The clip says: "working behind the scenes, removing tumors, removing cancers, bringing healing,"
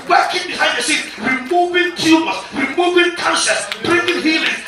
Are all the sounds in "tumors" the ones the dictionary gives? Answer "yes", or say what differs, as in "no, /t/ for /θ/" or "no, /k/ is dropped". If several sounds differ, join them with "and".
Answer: no, /z/ is dropped